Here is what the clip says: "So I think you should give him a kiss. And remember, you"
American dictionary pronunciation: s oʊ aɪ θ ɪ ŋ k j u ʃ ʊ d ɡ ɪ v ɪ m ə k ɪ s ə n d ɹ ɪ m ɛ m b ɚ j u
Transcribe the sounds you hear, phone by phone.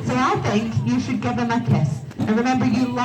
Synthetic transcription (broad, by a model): s oʊ aɪ θ ɪ ŋ k j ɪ ʃ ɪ d ɡ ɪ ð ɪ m ə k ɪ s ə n ɹ ɪ m ɛ m b ɚ j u